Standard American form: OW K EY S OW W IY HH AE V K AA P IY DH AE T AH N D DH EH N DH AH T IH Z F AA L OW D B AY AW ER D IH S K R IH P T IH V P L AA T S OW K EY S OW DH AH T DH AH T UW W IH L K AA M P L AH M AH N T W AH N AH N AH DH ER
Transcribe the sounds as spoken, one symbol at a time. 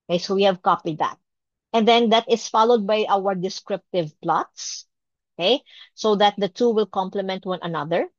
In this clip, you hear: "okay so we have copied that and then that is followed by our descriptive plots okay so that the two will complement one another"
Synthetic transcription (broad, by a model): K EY S OW W IY HH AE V K AA P IY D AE T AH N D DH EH N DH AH T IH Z F AA L OW D B AY AW ER D IH S K R IH P T IH V P L AA T S OW K EY S OW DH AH T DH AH T UW W IH L K AA M P L AH M AH N T W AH N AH N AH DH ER